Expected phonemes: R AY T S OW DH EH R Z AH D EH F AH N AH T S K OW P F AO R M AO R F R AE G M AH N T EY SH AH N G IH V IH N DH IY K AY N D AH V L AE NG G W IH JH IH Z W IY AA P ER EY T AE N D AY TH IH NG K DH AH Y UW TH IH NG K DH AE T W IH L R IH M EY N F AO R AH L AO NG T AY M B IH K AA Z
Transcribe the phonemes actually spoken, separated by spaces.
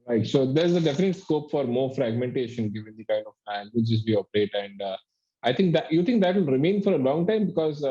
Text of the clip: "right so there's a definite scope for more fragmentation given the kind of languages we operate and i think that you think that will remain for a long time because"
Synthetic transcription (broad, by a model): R AY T S OW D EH R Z AH D EH F AH N AH T S K OW P F AO R M AO R F R AE G M AH N T EY SH AH N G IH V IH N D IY K AY N D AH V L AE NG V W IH CH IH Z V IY AA P ER EY T AE N D AY T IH NG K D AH Y UW T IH NG K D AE T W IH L R IH M EY N F AO R AH L AO NG T AY M B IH K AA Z